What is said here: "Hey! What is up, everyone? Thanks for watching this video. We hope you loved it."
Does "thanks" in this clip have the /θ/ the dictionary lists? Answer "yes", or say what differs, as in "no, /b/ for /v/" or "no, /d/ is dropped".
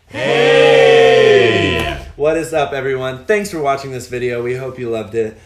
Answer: yes